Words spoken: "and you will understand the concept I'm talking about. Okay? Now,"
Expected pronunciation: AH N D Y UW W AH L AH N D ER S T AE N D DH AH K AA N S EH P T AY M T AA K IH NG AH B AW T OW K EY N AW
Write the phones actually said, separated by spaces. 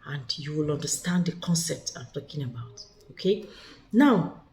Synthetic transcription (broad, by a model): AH N D Y UW W AH L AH N D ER S T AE N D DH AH K AA N S EH P T AY M T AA K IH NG AH B AW T OW K EY N AW